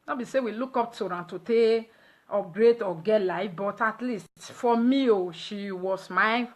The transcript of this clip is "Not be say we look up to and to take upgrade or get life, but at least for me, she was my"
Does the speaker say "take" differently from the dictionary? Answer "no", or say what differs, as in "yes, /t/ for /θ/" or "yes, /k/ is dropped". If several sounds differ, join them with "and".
yes, /k/ is dropped